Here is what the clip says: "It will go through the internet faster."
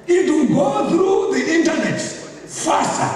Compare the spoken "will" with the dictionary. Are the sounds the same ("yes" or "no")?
no